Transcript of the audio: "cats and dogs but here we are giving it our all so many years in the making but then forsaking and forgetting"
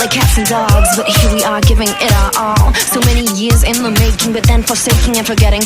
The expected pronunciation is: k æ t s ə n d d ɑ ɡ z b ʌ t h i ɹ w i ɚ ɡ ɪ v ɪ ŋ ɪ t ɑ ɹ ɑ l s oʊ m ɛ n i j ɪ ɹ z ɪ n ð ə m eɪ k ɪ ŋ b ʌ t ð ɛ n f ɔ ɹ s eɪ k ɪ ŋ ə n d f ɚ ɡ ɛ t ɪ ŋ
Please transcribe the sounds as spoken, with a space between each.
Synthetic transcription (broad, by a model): k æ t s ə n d d ɑ ɡ z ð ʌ t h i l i ɚ ɡ ɪ v ɪ ŋ ɪ t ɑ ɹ ɑ l s oʊ m ɛ n i j ɪ ɹ z ɪ n ð ə m eɪ k ɪ ŋ b ʌ t ð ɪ n f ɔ ɹ s eɪ k ɪ ŋ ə n f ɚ ɡ ɛ t ɪ ŋ